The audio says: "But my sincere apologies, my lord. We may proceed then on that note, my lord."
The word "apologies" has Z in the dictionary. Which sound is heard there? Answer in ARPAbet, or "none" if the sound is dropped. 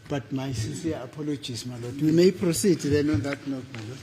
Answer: S